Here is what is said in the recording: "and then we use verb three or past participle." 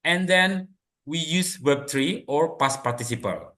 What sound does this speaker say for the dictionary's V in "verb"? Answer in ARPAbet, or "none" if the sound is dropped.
W